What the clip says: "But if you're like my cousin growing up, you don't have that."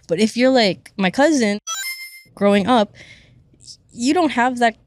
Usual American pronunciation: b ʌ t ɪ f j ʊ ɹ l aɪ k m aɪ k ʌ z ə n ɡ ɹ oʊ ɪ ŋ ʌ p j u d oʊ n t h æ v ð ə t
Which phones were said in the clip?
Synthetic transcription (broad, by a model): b ʌ t ɪ f j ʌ ɹ l aɪ k m aɪ k ʌ z ə n ɡ ɹ oʊ ɪ ŋ ʌ p j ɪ d oʊ n t h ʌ v ð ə t